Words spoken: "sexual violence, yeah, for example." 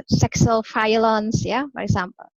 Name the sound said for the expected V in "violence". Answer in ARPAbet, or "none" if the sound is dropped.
F